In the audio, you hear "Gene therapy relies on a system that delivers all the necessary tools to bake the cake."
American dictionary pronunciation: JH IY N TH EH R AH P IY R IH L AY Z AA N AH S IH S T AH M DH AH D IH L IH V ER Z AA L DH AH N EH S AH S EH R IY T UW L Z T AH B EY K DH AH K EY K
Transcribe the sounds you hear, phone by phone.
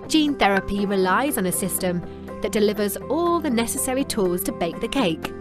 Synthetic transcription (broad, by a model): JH IY N TH EH R AH P IY R IH L AY Z N AH S IH S T AH M DH AH D IH L IH V ER Z AA L DH AH N EH S AH S EH R IY T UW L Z T AH B EY K DH AH K EY K